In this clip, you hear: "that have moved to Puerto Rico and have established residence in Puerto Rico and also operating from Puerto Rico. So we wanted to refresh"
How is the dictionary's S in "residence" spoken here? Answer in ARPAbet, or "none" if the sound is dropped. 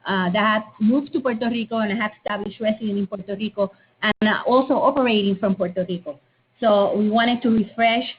none